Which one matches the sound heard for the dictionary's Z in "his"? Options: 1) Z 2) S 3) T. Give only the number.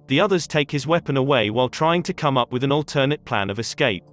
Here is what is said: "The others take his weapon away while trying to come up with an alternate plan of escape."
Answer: 1